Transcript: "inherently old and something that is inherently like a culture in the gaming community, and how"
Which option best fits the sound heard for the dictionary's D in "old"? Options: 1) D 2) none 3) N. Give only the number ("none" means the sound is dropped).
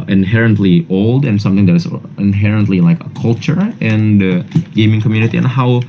1